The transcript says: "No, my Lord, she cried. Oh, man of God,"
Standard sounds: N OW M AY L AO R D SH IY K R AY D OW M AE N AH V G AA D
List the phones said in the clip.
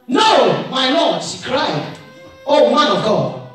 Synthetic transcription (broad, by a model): N OW M AY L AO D S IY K R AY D OW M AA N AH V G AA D